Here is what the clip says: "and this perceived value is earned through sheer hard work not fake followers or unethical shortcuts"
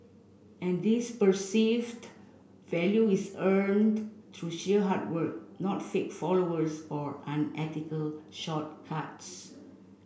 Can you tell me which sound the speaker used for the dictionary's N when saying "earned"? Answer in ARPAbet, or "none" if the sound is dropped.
N